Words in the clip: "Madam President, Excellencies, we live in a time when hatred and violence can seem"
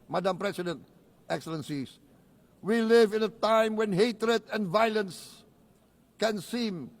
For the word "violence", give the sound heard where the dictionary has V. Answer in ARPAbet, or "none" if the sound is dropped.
V